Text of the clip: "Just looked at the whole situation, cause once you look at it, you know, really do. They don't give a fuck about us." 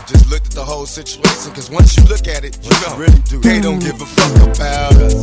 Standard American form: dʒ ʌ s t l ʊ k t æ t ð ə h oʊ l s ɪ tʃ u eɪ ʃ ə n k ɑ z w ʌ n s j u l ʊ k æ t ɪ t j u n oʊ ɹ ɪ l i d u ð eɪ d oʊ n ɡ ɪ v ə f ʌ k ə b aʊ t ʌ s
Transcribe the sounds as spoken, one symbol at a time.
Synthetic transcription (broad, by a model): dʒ ʌ s t l ʊ k t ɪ t ð ə h oʊ l s ɪ tʃ u eɪ ʃ ə n k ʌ z w ʌ n s j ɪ l ʊ k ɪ t ɪ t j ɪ n oʊ ɹ ɪ l i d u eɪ d oʊ n ɡ ɪ v ə f ʌ k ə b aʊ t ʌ